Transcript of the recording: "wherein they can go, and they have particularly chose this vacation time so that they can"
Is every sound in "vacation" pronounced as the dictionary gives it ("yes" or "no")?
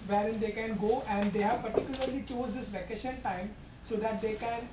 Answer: yes